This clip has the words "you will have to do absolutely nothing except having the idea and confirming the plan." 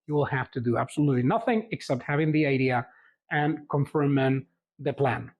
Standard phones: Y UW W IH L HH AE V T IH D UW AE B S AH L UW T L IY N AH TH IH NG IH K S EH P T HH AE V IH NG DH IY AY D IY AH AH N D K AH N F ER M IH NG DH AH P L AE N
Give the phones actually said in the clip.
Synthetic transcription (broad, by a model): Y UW W IH L HH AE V T IH D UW AE B S AH L UW T L IY N AH TH IH NG IH K S EH P T HH AE V IH NG DH IY AY D IY AH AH N K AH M F ER M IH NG DH AH P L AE N